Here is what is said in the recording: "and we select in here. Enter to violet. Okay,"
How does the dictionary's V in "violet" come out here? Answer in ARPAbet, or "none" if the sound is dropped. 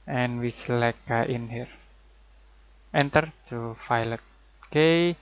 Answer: F